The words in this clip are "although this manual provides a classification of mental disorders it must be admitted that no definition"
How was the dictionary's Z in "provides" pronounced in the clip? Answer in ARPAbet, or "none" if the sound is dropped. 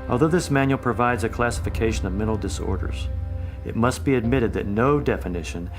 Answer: Z